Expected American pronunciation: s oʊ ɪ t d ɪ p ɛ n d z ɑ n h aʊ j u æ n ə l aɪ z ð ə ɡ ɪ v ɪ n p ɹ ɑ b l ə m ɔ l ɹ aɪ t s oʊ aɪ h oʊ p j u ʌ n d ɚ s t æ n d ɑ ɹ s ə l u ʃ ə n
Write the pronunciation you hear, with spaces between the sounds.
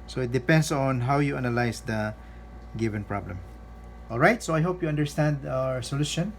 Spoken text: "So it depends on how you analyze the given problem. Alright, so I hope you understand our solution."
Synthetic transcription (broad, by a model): s oʊ ɪ t d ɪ p ɛ n d s ɑ n h aʊ j u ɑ n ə l aɪ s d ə ɡ ɪ v ɪ n p ɹ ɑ b l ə m ɔ l ɹ aɪ t s oʊ aɪ h oʊ p j u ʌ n d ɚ s t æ n d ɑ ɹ s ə l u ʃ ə n